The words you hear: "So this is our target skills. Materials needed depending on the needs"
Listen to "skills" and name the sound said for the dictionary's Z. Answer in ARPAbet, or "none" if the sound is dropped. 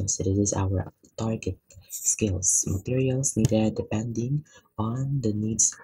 S